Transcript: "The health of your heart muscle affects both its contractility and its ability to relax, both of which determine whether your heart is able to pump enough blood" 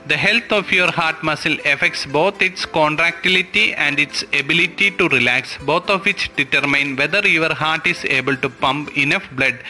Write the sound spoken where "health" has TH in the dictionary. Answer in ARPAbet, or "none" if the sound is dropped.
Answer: T